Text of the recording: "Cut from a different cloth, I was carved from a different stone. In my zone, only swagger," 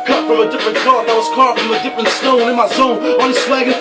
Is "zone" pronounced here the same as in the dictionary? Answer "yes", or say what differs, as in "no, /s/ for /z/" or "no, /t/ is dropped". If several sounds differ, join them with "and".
no, /s/ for /z/